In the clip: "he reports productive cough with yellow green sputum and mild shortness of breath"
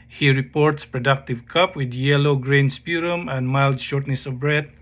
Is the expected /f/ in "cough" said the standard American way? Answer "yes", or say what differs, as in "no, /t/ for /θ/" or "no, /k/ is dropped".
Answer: no, /p/ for /f/